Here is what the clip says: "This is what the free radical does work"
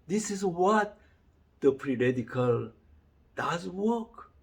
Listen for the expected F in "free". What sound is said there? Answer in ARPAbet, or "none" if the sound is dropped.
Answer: P